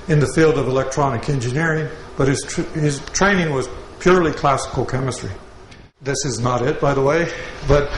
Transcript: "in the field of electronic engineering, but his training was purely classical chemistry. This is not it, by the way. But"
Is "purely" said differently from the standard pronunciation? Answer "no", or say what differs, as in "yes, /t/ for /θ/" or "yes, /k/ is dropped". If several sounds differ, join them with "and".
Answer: no